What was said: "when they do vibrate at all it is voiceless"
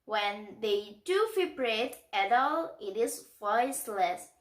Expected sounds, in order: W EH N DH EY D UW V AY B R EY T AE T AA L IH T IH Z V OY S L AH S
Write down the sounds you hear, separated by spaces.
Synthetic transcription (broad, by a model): W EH N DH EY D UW F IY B R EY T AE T AA L IH T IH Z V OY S L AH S